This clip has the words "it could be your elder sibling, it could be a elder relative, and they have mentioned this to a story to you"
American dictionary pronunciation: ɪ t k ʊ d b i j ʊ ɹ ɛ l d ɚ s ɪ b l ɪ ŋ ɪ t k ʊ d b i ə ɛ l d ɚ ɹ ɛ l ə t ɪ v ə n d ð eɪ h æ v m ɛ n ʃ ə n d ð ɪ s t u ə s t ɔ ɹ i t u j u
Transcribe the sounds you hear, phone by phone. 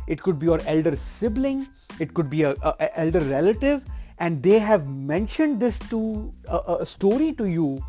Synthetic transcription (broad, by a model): ɪ t k ʊ d b i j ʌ ɹ ɛ l d ɚ s ɪ b l ɪ ŋ ɪ t k ʊ d b i ə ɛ l d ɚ ɹ ɛ l ə t ɪ v ə n d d eɪ h æ v m ɛ n ʃ ə n d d ɪ s t u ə s t ɔ ɹ i t u j u